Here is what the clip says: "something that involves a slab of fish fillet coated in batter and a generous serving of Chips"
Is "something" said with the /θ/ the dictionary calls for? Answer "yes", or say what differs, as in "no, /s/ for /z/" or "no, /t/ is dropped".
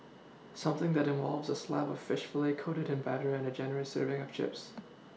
yes